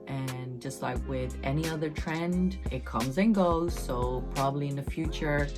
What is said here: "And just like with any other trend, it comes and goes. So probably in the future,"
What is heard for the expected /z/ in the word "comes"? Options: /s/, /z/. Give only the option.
/z/